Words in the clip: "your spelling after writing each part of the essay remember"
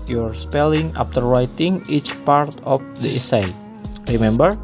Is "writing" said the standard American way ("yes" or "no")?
yes